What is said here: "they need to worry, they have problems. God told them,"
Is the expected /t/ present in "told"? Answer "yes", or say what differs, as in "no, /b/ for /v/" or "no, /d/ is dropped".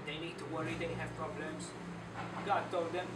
yes